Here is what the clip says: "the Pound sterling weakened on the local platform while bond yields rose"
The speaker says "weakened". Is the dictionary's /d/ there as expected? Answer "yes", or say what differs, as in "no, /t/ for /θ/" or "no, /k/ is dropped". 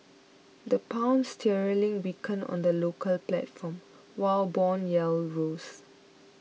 no, /d/ is dropped